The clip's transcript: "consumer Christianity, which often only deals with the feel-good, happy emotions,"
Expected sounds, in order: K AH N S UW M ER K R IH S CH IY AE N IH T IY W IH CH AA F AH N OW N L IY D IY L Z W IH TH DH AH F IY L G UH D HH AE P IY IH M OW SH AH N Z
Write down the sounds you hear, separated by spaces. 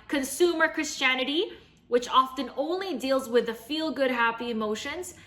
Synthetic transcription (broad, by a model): K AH N S UW M ER K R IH S CH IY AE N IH T IY W IH CH AA F AH N OW N L IY D IY L Z W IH DH AH F IY L G UH D HH AE P IY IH M OW SH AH N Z